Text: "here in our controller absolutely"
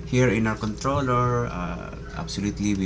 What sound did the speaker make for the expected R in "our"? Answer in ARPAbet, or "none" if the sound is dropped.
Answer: W